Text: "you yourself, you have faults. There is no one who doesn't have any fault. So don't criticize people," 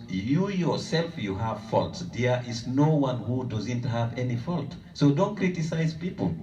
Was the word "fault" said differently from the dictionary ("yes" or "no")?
no